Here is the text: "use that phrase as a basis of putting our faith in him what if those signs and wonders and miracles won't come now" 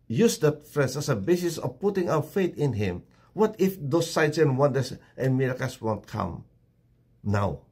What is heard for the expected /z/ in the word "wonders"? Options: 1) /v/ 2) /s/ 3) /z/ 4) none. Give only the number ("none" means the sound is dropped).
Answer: 2